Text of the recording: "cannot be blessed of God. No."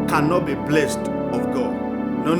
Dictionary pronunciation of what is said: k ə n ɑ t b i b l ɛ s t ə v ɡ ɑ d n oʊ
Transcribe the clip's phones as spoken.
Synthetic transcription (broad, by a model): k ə n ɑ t b i b l ɛ s t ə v ɡ ɑ d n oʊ